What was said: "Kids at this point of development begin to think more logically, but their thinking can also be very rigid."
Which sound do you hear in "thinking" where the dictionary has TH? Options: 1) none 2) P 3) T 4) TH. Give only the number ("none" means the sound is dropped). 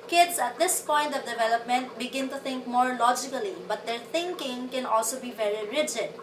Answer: 3